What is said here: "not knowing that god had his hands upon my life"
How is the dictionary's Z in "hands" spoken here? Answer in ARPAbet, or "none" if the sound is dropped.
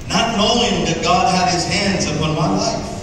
Z